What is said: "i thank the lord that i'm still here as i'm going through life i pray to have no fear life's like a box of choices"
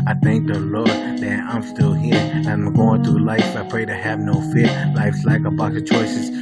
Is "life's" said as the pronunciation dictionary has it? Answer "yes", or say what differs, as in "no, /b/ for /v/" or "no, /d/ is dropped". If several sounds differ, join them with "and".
yes